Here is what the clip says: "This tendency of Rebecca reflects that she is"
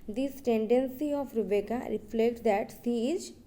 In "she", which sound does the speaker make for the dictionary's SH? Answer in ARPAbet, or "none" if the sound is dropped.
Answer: S